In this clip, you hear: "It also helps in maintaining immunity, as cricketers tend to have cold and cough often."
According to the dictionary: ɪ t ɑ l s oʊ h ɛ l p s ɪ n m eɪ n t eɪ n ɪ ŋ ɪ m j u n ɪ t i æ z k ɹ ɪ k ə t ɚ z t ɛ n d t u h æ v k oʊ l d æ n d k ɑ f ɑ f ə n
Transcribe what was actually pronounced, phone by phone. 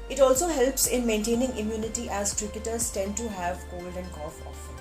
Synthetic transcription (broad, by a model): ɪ t ɑ l s oʊ h ɛ l p s ɪ n m eɪ n t eɪ n ɪ ŋ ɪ m j u n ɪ t i æ z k ɹ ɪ k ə t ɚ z t ɛ n d t u h æ v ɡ oʊ l d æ n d k ɑ f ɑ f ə